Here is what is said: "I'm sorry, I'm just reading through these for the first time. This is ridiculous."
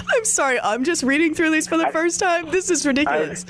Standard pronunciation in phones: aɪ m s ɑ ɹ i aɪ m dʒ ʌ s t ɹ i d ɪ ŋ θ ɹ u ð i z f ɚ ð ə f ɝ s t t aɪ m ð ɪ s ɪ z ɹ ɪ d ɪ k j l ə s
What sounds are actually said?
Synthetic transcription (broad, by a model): aɪ m s ɑ ɹ i aɪ m dʒ ʌ s t ɹ i d ɪ ŋ θ ɹ u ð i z f ɚ ð ə f ɝ s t t aɪ m ð ɪ s ɪ z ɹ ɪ d ɪ k j l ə s